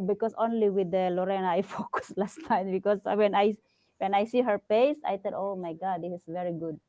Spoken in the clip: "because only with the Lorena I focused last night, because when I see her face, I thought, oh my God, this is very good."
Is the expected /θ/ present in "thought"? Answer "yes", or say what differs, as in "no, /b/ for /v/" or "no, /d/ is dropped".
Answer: no, /t/ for /θ/